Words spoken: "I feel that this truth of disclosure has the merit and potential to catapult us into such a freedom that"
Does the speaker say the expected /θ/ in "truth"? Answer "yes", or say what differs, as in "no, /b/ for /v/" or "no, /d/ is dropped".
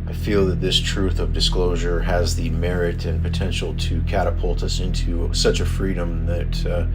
yes